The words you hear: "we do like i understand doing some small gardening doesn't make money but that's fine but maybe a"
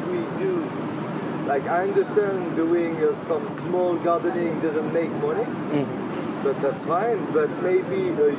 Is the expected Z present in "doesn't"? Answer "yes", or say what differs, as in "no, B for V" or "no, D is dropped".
yes